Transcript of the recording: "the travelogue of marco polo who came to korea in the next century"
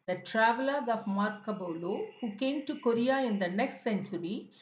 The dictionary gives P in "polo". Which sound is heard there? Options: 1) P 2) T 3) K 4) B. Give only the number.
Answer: 4